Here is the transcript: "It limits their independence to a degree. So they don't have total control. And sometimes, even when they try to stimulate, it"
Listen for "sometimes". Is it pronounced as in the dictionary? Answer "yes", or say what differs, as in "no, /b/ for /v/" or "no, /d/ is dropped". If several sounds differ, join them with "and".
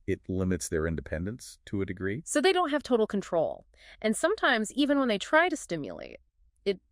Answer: yes